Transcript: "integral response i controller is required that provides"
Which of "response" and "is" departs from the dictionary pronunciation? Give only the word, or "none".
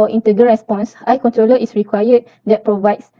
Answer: is